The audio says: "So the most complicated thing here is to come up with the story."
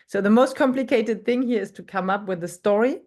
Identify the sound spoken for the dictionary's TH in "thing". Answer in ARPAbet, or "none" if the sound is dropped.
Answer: TH